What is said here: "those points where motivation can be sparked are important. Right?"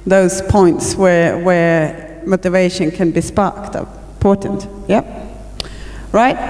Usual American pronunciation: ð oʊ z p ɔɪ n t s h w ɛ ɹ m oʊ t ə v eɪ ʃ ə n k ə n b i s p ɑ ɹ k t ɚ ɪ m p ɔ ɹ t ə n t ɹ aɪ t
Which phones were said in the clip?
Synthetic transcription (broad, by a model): ð oʊ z p ɔɪ n t s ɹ w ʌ ɹ m oʊ t ə v eɪ ʃ ə n k ə n b i s p ɑ ɹ k t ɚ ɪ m p ɔ ɹ t n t ɹ aɪ t